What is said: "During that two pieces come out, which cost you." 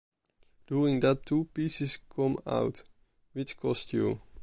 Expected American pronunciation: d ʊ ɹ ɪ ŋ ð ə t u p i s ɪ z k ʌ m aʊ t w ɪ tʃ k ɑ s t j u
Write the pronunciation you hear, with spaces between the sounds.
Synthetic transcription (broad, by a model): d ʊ ɹ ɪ ŋ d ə t u p i s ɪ s k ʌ m aʊ t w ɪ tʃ k ɑ s t j u